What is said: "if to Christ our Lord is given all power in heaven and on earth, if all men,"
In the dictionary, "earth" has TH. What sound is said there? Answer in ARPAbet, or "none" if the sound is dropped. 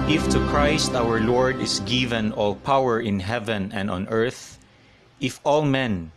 TH